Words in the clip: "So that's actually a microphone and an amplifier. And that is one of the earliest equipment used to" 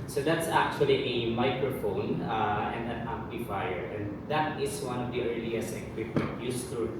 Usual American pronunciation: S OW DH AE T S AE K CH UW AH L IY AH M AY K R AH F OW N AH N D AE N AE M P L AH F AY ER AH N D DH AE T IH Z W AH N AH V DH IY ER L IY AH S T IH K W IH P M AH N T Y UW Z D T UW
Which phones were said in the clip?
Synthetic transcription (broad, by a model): S OW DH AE T S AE K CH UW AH L IY AH M AY K R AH F OW N AH N D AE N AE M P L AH F AY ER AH N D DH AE T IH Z W AH N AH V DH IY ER L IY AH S IH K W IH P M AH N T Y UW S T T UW